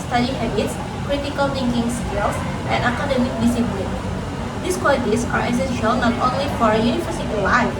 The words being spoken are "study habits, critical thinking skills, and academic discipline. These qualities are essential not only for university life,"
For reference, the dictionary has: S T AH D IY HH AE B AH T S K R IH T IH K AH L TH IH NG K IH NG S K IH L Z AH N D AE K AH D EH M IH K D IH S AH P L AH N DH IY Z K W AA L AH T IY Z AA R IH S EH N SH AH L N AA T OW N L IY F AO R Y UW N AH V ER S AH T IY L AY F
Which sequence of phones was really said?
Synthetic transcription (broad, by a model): S T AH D IY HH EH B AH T S K R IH T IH K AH L T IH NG K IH NG S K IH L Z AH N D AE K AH D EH M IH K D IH S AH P L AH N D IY S K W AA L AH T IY S AA R IH S EH N SH AH L N AA T OW N L IY F AO R Y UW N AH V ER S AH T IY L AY